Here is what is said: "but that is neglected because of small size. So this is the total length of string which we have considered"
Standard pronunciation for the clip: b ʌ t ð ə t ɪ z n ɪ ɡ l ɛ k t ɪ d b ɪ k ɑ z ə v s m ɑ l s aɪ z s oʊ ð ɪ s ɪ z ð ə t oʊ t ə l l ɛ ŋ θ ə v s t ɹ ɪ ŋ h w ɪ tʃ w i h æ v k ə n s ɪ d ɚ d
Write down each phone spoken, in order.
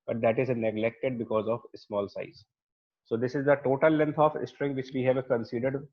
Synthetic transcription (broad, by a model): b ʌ t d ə t ɪ z n ɪ ɡ l ɛ k t ɪ d b ɪ k ɑ z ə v s m ɑ l s aɪ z s oʊ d ɪ s ɪ z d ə t oʊ t ə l l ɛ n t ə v s t ɹ ɪ ŋ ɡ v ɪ tʃ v i h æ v k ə n s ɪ d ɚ d